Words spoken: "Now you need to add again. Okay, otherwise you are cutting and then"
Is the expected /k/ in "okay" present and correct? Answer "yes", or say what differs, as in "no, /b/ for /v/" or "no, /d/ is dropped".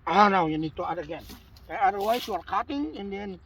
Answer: no, /k/ is dropped